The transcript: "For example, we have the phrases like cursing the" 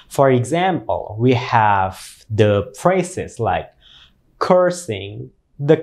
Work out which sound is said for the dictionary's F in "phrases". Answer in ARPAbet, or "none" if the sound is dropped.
P